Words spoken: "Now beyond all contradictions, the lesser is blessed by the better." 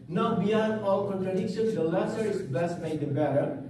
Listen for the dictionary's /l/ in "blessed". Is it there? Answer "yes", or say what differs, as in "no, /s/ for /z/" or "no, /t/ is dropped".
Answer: no, /l/ is dropped